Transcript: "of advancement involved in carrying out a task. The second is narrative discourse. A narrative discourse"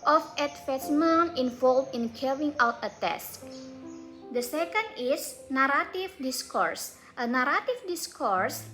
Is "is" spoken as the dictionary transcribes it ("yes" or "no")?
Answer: no